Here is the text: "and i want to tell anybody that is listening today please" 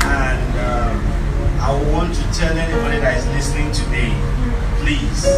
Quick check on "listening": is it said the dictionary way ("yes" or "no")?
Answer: yes